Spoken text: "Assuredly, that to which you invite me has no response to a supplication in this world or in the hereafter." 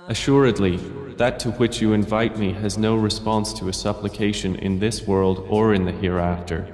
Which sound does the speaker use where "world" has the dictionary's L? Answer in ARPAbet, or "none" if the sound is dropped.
L